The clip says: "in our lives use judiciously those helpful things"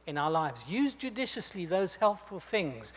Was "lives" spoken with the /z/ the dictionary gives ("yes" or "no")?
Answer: yes